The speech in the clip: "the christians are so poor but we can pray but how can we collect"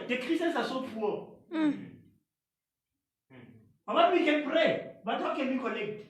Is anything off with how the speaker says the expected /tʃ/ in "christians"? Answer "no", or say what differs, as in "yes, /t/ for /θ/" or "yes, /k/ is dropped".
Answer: yes, /tʃ/ is dropped